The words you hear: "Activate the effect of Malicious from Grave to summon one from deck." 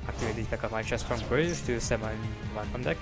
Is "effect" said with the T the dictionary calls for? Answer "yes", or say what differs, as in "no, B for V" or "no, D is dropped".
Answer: no, T is dropped